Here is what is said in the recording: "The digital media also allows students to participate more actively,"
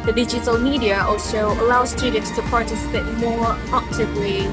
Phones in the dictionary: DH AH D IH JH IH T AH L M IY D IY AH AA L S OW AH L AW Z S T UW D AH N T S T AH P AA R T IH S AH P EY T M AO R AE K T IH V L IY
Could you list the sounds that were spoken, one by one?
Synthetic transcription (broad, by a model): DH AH D IH JH IH T AH L M IY D IY AH AA L S OW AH L AW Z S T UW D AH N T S T AH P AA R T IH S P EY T M AO R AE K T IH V L IY